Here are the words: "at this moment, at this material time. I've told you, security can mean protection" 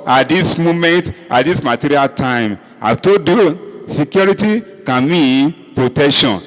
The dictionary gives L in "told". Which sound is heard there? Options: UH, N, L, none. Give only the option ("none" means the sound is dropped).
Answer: none